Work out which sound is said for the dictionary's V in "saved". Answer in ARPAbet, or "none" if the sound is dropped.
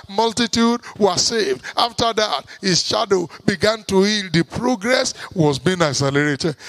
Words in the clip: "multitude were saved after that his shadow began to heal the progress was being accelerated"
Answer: V